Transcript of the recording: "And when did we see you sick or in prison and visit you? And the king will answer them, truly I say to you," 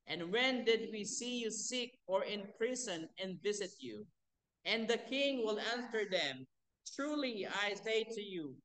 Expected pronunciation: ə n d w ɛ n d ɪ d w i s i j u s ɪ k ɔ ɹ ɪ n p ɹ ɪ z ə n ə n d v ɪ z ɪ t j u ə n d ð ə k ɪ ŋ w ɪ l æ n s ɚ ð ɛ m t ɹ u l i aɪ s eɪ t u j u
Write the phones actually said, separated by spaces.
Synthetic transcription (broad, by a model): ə n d w ɛ n d ɪ d w i s i j u s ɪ k ɔ ɹ ɪ n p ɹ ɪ s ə n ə n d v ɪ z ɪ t j u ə n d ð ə k ɪ ŋ w ɪ l æ n s ɚ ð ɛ m t ɹ u l i aɪ s eɪ t u j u